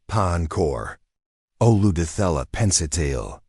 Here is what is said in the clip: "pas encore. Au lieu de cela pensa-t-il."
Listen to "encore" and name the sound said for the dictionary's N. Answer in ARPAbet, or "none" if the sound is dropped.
N